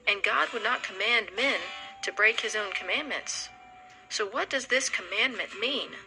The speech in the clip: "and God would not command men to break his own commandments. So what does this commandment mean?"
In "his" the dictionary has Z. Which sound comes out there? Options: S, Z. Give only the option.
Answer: Z